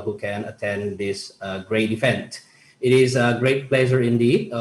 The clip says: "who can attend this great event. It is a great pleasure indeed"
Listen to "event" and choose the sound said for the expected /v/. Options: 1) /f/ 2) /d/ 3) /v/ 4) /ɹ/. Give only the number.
1